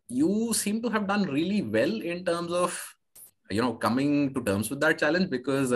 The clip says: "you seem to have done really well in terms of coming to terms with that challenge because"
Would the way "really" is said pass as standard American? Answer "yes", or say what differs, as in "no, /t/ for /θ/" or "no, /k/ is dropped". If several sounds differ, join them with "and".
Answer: yes